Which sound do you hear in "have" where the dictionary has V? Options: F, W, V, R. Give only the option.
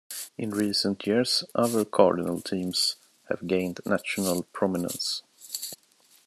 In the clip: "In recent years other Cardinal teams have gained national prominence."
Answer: V